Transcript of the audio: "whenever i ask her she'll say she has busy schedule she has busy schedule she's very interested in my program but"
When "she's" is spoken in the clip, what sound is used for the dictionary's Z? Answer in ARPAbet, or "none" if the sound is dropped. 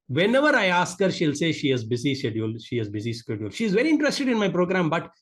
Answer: Z